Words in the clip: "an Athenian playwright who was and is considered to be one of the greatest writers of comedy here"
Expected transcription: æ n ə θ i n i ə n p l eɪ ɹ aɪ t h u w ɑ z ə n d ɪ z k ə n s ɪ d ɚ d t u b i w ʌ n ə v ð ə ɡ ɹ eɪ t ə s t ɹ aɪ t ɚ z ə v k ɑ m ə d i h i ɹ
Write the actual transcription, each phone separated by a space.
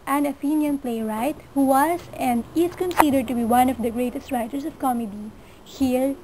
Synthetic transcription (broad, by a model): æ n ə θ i n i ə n p l eɪ ɹ aɪ t h u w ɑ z ə n d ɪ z k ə n s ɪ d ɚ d t u b i w ʌ n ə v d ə ɡ ɹ eɪ t ə s t ɹ aɪ t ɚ s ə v k ɑ m ə d i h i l